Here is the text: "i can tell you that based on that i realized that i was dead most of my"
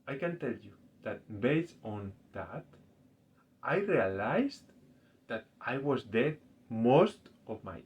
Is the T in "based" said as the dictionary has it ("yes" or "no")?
no